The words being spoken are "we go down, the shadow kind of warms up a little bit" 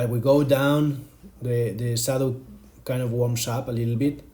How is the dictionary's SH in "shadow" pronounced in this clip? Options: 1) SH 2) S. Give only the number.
2